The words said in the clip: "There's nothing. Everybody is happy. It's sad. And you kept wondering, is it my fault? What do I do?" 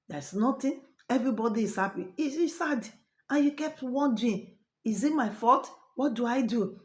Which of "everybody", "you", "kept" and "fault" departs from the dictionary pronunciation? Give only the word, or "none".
fault